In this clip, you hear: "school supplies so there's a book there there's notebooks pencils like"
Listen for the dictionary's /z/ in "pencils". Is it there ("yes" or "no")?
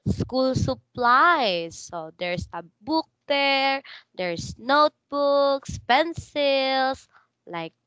no